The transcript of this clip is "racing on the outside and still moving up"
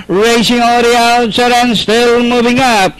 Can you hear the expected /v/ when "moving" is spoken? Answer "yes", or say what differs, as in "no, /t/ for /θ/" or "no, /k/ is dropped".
yes